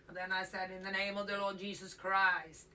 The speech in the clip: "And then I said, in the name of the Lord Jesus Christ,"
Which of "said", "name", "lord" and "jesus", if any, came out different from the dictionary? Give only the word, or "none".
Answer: none